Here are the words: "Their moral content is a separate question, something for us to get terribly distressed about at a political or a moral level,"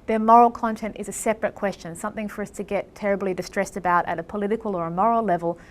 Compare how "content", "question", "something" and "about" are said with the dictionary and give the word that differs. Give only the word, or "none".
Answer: none